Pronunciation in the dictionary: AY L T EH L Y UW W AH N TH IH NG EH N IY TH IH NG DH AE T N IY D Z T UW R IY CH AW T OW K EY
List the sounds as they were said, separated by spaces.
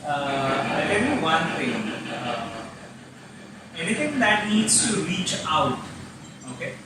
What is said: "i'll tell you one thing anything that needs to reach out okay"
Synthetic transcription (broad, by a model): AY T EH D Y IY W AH N T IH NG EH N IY T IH NG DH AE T N IY D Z T UW R IY CH AW T OW K EY